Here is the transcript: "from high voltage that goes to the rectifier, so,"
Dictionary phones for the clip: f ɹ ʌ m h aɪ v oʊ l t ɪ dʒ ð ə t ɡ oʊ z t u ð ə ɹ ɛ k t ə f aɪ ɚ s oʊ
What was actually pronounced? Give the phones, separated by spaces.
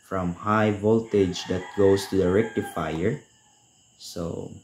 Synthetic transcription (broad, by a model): f ɹ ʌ m h aɪ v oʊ l t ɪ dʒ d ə t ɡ oʊ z t u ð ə ɹ ɛ k t ə f aɪ ɚ s oʊ